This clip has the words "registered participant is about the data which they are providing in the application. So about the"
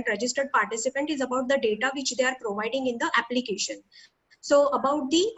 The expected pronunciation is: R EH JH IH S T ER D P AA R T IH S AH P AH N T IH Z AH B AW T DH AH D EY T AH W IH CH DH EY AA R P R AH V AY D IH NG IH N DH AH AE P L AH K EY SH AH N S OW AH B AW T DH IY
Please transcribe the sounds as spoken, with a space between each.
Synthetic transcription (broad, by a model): R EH JH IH S T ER D P AA R T IH S AH P AH N T IH Z AH B AW T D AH D EY T AH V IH CH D EY AA R P R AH V AY D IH NG IH N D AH AE P L AH K EY SH AH N S OW AH B AW T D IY